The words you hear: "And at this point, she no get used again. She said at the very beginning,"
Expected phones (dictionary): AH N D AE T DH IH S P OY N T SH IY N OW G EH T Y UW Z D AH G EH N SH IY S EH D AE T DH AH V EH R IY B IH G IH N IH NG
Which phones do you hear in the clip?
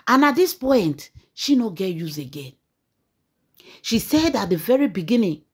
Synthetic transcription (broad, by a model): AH N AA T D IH S P OY N T SH IY N OW G EH T Y UW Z AH G EH N SH IY S EH D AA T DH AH V EH R IY B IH G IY N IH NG